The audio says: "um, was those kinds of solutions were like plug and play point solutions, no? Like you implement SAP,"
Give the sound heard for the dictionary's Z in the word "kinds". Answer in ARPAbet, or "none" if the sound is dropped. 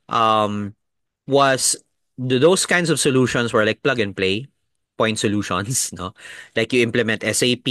S